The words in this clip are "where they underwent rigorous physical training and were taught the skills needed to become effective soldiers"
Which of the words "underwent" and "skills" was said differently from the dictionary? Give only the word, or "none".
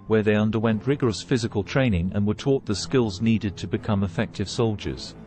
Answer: none